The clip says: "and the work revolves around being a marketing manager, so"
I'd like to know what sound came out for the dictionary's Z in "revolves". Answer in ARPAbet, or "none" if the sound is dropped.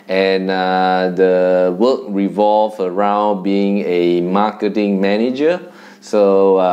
none